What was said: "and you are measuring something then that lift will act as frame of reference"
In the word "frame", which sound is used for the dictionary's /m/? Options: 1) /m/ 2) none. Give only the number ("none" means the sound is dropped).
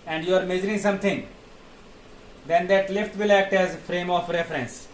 1